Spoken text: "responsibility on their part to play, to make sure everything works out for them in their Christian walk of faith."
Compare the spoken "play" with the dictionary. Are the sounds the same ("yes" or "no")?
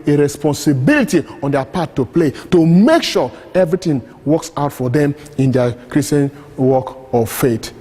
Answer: yes